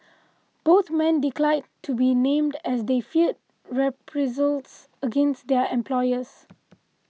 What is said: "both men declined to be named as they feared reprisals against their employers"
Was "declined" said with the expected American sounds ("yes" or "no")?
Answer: no